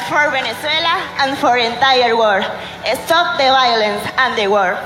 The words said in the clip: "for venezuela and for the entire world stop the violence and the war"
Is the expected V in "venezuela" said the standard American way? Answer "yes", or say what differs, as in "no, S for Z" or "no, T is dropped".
no, B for V